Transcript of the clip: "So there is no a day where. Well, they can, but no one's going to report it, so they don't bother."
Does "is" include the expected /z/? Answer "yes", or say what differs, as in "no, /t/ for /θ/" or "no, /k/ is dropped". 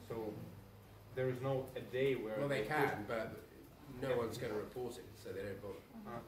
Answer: yes